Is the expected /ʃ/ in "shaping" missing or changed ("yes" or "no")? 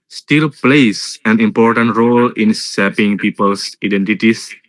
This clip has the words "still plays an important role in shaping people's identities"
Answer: yes